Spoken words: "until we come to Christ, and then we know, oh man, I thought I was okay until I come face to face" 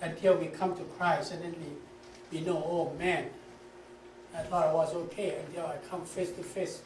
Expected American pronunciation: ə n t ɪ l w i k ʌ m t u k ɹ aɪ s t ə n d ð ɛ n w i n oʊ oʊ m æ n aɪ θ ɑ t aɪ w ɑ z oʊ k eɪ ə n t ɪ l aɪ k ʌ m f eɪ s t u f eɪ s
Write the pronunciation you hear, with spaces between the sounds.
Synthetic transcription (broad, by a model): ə n t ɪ l w i k ʌ m t u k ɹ aɪ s ə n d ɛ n w i n oʊ oʊ m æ n aɪ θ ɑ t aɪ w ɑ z oʊ k eɪ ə n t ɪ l aɪ k ʌ m f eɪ s t u f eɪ s